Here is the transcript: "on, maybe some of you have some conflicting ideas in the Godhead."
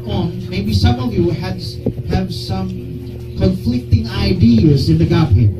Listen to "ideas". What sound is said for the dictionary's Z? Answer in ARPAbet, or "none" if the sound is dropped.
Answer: Z